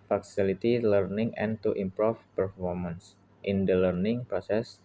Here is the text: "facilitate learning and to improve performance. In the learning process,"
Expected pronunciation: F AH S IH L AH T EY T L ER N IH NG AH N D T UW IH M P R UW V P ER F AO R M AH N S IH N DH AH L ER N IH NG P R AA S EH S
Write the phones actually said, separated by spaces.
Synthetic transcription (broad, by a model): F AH S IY L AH T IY L ER N IH NG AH N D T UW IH M P R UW F P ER F AO R M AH N S IH N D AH L ER N IH NG P R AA S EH S